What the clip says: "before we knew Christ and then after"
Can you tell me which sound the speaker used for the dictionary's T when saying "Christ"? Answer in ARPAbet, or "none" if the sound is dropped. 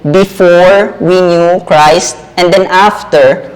T